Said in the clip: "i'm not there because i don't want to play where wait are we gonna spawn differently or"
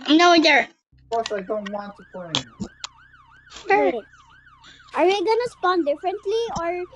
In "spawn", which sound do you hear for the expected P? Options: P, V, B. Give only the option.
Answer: P